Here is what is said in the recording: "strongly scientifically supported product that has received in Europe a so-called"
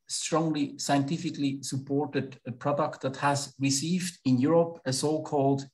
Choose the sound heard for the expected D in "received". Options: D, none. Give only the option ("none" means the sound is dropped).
D